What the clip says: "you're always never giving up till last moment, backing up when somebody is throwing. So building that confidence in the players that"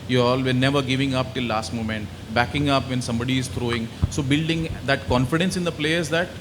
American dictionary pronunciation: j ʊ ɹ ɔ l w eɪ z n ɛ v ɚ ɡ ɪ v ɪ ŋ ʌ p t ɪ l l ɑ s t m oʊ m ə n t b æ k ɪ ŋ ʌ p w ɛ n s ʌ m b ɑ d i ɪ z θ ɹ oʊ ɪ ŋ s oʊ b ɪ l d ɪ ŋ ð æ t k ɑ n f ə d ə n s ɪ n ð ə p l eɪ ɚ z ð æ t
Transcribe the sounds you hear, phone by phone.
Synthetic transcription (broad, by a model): j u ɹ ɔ l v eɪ n ɛ v ɚ ɡ ɪ v ɪ ŋ ʌ p t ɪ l l ɑ s t m oʊ m ə n t b æ k ɪ ŋ ʌ p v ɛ n s ʌ m b ɑ d i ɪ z t ɹ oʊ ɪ ŋ s oʊ b ɪ l d ɪ ŋ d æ t k ɑ n f ə d ə n s ɪ n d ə p l eɪ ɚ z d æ t